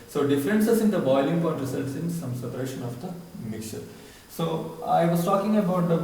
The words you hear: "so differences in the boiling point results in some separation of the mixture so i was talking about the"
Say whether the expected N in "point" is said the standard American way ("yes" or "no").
no